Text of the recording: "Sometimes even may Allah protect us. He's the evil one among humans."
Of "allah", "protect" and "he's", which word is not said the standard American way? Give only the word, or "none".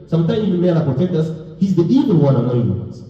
allah